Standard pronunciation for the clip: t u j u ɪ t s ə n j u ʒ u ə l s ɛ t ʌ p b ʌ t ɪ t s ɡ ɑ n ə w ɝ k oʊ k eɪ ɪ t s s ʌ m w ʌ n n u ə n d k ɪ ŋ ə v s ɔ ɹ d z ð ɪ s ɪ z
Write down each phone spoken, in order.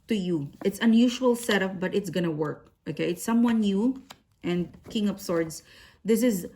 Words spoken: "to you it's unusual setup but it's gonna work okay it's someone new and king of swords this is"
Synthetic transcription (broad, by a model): t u j u ɪ t s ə n j u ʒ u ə l s ɛ t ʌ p b ʌ t ɪ t s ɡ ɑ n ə w ɝ k oʊ k eɪ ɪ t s s ʌ m w ʌ n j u ə n d k ɪ ŋ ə p s ɔ ɹ d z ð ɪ s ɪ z